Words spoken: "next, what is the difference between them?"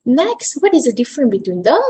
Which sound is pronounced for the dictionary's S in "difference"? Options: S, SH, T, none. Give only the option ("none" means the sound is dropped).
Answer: none